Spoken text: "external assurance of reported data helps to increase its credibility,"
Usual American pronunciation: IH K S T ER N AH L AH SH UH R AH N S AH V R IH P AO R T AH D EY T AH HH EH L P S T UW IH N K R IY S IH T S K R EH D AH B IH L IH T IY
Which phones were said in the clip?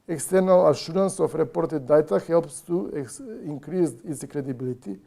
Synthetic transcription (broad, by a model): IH K S T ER N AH L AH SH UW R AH N S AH F R IH P AO R T AH D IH T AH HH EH L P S T UW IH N K R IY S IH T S K R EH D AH B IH L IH T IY